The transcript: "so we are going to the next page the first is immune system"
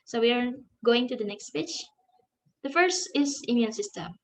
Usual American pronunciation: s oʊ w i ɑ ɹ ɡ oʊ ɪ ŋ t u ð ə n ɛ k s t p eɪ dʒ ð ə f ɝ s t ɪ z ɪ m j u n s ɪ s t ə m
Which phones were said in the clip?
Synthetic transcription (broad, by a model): s oʊ w i ɑ ɹ ɡ oʊ ɪ ŋ t u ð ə n ɛ k s t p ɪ tʃ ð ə f ɝ s t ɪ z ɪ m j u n s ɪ s t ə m